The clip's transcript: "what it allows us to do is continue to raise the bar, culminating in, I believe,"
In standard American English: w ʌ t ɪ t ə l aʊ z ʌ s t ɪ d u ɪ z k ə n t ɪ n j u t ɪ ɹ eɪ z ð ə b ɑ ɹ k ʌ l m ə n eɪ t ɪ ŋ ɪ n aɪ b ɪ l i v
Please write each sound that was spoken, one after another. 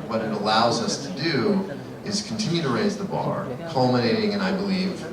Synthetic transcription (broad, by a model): w ʌ t ɪ t ə l aʊ z ʌ s t ɪ d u ɪ z k n t ɪ n j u t ɪ ɹ eɪ z ð ə b ɑ ɹ k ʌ l m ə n eɪ t ɪ ŋ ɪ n aɪ b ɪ l i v